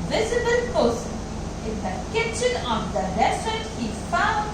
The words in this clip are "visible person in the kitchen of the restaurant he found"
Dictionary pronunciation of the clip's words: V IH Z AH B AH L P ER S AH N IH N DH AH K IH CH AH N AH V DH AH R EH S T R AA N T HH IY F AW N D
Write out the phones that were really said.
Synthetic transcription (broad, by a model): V IH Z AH B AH L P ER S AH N IH N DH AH K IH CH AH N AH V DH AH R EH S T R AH T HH IY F AW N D